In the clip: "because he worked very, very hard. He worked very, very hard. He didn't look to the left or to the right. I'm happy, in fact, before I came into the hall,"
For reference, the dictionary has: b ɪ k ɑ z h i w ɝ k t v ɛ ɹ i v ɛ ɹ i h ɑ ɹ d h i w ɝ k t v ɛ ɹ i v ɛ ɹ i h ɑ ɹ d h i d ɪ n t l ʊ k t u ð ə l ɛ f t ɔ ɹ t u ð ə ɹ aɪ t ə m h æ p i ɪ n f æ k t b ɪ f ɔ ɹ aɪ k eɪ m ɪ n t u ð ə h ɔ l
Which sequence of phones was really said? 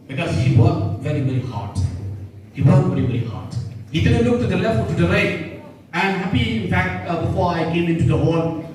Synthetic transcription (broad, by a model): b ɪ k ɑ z h i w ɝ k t v ɛ ɹ i v ɛ ɹ i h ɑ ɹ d h i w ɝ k v ɛ ɹ i v ɛ ɹ i h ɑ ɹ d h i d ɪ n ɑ l ʊ k t u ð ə l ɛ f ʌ l t u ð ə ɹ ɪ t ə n h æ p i ɪ n f æ k t b ɪ f ɔ ɹ aɪ k eɪ m ɪ n t u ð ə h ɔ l